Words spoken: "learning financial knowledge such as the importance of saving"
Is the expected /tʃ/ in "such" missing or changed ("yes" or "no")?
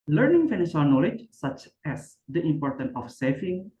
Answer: no